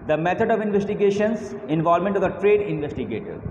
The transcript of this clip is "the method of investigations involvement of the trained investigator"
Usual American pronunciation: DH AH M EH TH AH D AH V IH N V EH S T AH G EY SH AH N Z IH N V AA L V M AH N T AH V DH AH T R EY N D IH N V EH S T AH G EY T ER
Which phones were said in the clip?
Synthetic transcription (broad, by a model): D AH M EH T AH D AH V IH N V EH S T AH G EY SH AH N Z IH N V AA L M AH N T AH V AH T R EY D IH N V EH S T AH G EY T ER